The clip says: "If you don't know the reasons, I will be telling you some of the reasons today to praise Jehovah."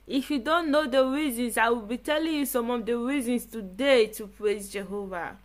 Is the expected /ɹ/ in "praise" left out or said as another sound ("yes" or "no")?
no